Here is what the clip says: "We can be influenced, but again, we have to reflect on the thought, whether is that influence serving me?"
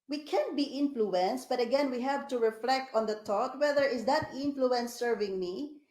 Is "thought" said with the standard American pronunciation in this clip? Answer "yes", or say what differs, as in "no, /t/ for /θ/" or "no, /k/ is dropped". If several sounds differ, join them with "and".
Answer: no, /t/ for /θ/